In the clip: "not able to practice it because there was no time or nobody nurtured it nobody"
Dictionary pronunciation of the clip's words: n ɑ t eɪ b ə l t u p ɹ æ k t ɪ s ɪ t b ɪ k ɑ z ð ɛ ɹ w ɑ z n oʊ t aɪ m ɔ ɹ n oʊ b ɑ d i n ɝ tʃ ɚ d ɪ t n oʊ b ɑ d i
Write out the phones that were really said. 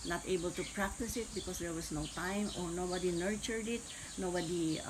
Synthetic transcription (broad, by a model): n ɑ t eɪ b ə l t u p ɹ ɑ k t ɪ s ɪ t b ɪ k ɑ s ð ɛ ɹ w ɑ s n oʊ t aɪ m ɔ ɹ n oʊ b ɑ d i n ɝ tʃ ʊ d ɪ t n oʊ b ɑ d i